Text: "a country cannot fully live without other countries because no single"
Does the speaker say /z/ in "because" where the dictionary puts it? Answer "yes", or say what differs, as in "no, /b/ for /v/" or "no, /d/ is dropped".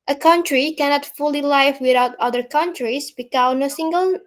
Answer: no, /z/ is dropped